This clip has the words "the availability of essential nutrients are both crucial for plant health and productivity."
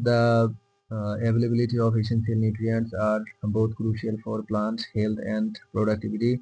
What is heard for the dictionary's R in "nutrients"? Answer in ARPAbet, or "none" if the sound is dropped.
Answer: R